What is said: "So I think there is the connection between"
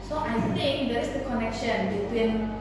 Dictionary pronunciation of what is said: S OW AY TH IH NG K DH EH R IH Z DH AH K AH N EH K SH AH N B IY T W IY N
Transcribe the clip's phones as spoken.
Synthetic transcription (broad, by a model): S OW AY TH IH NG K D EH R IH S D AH K AH N EH K SH AH N B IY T W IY N